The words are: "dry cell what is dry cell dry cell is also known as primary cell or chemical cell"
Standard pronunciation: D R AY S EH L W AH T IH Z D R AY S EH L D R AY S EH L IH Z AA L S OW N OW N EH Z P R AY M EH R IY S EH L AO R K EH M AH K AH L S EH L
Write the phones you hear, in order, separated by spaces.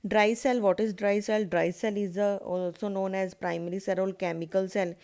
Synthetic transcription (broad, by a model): D R AY S EH L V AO T IH Z D R AY S EH L D R AY S EH L IH Z AA L S OW N OW N EH Z P R AY M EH R IY S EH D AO L K EH M AH K AH L S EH L